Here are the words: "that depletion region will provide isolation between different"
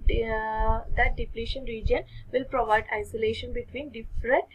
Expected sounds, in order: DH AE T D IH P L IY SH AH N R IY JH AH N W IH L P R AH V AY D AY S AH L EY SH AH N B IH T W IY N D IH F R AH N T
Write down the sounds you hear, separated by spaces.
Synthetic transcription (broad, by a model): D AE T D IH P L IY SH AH N R IY JH AH N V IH L P R AH V AY D AY S AH L EY SH AH N B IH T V IY N D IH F R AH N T